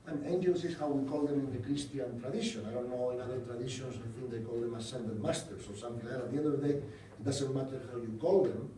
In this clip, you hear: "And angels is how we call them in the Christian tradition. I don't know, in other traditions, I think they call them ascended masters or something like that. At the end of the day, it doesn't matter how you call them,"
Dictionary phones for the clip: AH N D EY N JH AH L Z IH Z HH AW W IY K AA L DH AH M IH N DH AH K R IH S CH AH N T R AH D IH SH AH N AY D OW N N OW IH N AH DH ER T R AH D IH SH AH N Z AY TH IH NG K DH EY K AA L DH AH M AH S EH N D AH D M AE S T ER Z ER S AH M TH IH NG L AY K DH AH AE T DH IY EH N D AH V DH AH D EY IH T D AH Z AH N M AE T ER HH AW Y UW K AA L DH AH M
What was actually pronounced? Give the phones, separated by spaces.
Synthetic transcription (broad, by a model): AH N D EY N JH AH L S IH S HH AW W IY K AA L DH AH M IH N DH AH K R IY S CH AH N T R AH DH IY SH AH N AY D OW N N OW IH N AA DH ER T R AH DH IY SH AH N S AY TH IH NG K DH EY K AA L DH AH M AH S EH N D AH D M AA S T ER S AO S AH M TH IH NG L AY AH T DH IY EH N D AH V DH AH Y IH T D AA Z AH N M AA T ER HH AW Y UW K AA L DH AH M